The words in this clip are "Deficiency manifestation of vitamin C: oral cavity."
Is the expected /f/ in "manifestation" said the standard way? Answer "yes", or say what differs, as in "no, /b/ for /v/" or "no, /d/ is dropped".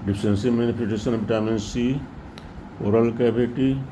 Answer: no, /p/ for /f/